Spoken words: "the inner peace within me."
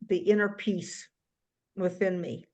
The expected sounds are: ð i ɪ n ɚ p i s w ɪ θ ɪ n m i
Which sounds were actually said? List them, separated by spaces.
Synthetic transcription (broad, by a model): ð i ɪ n ɚ p i s w ɪ θ ɪ n m i